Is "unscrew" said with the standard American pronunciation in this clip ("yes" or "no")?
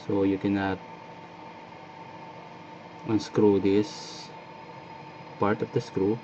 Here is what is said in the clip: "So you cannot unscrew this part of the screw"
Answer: yes